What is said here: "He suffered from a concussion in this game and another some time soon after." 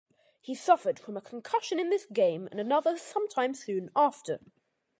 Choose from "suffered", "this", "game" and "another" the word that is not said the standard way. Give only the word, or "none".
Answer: none